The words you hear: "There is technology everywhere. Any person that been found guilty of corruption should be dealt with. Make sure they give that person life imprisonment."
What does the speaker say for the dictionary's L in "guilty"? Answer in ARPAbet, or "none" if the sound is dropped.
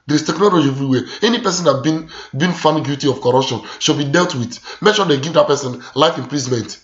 none